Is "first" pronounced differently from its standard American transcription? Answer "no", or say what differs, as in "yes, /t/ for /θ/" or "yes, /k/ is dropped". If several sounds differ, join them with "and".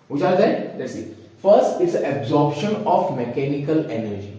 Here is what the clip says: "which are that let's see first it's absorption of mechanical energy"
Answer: no